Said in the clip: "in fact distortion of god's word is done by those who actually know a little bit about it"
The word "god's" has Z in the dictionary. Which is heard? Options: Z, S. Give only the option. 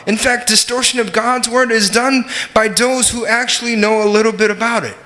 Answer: Z